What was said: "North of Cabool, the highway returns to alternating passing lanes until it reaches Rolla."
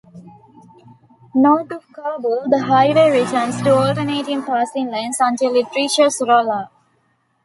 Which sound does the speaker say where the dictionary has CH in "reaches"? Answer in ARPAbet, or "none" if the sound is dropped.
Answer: SH